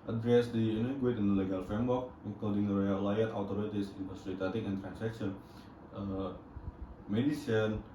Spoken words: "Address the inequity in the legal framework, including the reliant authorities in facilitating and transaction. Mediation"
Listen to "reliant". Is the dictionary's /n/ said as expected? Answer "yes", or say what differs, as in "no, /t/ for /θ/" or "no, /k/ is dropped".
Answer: no, /n/ is dropped